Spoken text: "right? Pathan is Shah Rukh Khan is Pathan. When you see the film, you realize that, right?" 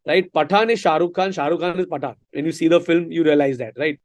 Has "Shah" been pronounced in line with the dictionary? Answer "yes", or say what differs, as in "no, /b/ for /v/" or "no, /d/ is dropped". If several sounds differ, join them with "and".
yes